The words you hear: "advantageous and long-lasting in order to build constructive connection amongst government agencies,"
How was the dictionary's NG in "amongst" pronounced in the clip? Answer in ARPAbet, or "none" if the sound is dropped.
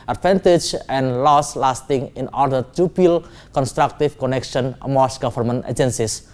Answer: none